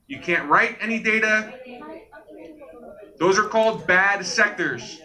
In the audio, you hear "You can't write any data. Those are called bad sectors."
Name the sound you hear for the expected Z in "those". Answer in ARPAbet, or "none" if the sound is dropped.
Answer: Z